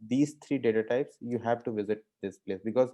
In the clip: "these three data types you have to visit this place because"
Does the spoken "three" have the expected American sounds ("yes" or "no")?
no